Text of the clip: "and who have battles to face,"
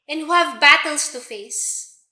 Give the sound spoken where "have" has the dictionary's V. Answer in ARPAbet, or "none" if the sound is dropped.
V